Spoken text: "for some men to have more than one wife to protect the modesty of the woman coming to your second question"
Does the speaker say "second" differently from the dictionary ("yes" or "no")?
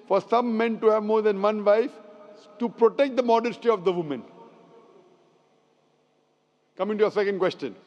no